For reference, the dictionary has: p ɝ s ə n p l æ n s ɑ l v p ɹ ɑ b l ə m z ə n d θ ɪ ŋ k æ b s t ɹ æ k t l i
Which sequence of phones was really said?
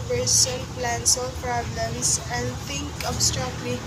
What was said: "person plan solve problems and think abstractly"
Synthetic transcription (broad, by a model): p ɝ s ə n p l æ n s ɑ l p ɹ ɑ b l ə m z ə n d t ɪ ŋ k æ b s t ɹ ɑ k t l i